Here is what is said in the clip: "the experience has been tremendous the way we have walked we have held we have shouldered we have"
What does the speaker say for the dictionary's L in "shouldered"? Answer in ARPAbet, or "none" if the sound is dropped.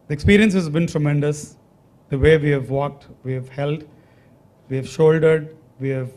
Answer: L